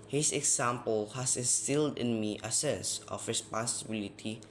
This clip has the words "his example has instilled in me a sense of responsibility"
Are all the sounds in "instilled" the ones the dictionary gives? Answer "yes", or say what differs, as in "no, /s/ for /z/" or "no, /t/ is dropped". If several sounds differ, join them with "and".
yes